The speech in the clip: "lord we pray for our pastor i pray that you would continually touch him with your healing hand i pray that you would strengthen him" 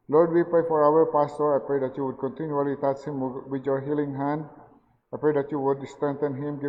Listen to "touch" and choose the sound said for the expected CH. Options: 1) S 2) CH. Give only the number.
1